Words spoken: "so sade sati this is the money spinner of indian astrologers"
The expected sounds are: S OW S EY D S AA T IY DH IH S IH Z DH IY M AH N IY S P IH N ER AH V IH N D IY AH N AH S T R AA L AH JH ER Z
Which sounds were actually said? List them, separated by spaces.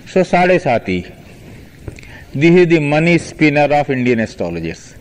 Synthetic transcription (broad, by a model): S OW S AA D S AA T IY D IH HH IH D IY M AH N IY S P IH N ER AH F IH N D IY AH N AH S T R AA L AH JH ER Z